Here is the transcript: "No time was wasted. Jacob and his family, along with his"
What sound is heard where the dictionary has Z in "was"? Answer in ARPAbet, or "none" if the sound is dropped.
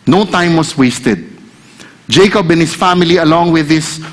S